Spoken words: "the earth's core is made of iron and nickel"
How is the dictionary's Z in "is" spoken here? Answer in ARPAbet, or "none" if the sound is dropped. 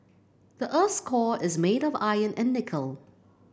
Z